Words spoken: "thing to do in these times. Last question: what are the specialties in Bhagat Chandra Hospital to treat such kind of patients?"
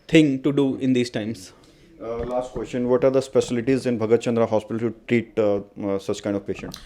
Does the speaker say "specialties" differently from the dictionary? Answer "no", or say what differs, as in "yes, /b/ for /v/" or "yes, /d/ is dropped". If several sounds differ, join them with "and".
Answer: yes, /s/ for /ʃ/